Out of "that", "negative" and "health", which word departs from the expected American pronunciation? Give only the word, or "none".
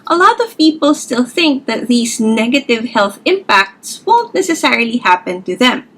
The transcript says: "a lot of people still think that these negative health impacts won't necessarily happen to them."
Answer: none